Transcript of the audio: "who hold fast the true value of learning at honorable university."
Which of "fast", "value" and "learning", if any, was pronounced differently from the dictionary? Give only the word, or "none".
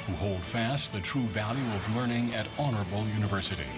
none